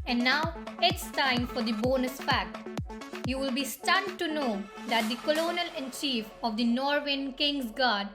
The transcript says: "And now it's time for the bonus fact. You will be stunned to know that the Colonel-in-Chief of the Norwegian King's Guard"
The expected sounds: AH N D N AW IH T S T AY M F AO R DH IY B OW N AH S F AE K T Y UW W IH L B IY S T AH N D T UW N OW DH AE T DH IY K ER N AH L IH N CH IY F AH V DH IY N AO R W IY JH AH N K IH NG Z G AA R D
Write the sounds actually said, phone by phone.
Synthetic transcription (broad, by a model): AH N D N AW IH T S T AY M F AO R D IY B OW N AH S F AE K T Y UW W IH L B IY S T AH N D T UW N OW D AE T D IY K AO N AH L IH N CH IY F AH V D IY N AO R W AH N K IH NG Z G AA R D